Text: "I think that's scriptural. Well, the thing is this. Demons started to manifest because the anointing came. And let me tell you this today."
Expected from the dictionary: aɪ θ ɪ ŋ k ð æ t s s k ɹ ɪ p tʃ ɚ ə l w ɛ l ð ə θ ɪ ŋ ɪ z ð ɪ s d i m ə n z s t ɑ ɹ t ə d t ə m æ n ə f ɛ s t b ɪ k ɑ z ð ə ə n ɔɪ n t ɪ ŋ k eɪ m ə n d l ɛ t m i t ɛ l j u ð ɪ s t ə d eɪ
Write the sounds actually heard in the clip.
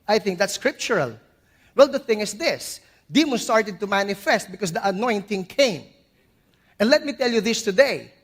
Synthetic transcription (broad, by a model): aɪ θ ɪ ŋ k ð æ t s s k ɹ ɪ p tʃ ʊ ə l w ɛ l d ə θ ɪ ŋ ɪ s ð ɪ s d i m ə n s t ɑ ɹ t ə d t ə m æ n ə f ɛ s t b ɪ k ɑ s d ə ə n ɔɪ n t ɪ ŋ k eɪ m ə n d l ɛ t m i t ɛ l j u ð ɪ s t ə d eɪ